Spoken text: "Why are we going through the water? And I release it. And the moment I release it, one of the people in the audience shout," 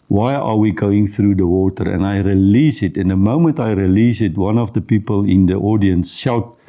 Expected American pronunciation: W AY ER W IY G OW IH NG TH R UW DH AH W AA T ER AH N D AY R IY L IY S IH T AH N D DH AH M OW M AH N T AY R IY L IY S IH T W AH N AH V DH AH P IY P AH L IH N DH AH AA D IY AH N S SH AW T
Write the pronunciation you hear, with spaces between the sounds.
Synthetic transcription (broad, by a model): W AY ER W IY G OW IH NG TH R UW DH AH W AA T ER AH N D AY R IY L IY S IH T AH N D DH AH M OW M AH N T AY R IY L IY S IH T W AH N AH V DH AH P IY P AH L IH N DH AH AA D IY AH N S SH AW T